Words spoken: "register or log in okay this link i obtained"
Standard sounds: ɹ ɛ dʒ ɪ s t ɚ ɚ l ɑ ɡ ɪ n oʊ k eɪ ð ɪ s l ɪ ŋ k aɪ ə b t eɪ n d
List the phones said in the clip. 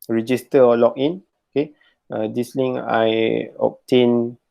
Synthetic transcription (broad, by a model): ɹ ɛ dʒ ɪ s t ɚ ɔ l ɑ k ɪ n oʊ k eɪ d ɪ s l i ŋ aɪ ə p t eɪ n